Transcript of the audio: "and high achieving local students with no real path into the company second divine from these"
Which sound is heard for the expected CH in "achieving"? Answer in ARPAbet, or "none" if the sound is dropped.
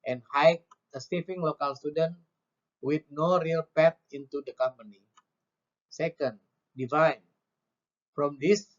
S